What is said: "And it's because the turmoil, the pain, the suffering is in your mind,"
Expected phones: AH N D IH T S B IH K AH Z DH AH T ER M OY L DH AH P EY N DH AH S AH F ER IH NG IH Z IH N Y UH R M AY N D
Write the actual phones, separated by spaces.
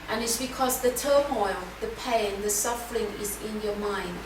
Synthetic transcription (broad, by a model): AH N IH T S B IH K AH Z DH AH T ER M OY L DH AH P EY N DH AH S AH F ER IH NG IH Z IH N Y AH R M AY N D